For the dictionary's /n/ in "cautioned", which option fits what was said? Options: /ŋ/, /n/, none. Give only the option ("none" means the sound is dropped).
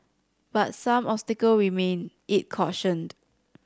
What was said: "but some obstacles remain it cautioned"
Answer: /n/